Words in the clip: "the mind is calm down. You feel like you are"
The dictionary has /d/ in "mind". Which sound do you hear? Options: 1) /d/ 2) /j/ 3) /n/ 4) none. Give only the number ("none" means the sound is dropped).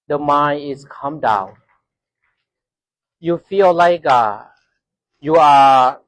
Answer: 4